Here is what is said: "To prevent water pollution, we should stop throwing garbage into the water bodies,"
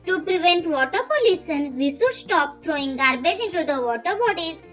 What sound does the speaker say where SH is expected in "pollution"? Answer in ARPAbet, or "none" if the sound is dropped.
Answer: S